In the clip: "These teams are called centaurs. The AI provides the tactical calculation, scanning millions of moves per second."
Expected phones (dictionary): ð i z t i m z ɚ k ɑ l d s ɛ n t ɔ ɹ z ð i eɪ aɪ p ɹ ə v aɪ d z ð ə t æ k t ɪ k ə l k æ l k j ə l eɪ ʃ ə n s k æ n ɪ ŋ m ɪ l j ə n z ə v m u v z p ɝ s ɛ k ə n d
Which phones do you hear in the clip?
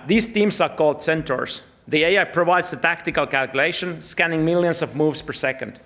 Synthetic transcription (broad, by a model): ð i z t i m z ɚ k ɑ l d s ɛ n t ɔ ɹ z ð i eɪ aɪ p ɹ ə v aɪ d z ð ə t æ k t ɪ k ə l k æ l k j ə l eɪ ʃ ə n s k æ n ɪ ŋ m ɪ l j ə n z ə v m u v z p ɝ s ɛ k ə n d